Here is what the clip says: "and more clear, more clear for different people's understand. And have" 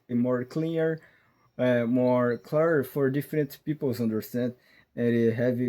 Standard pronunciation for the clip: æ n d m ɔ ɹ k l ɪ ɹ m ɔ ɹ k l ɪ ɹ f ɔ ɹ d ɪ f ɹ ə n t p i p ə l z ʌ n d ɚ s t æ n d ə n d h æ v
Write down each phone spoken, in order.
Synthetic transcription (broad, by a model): m ɔ ɹ k l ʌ ɹ m ɔ ɹ k l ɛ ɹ f ɔ ɹ d ɪ f ɹ ə n t p i p ə l z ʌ n d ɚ s t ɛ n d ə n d h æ v